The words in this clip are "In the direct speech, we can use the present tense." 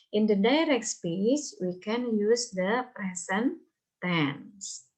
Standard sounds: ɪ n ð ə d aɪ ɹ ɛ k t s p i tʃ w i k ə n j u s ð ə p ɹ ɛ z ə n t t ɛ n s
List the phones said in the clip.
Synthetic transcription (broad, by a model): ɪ n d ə d aɪ ɹ ɛ k t s p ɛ s w i k ə n j u s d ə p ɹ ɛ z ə n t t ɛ n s